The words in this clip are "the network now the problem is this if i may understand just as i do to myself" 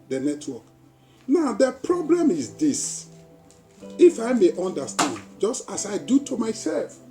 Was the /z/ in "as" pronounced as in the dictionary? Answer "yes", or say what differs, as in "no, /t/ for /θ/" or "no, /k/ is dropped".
no, /s/ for /z/